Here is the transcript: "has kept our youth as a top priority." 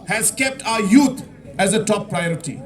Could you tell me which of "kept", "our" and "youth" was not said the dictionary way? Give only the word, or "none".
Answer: youth